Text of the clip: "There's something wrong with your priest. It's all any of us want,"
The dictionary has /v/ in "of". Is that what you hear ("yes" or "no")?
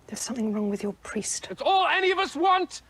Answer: yes